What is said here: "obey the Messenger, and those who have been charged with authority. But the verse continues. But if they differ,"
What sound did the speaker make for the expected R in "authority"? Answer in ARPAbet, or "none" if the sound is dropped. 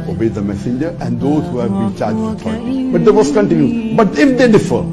none